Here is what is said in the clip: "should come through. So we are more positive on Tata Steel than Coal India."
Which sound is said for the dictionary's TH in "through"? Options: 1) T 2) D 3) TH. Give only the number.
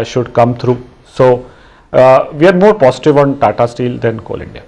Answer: 1